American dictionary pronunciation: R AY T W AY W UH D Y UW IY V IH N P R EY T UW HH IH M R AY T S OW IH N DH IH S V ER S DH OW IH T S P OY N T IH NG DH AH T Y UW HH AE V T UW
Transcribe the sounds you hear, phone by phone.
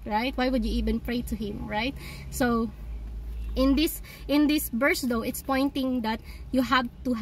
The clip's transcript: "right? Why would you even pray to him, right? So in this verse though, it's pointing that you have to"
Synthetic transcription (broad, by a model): R AY T W AY W UH D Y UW IY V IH N P R EY T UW HH IH M R AY T S OW IH N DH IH S B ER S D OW IH T S P OY N T IH NG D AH T Y UW HH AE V T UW